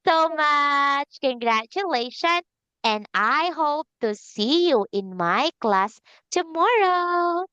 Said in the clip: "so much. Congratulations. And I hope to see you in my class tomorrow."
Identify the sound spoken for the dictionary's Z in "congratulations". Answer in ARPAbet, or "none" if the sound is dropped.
none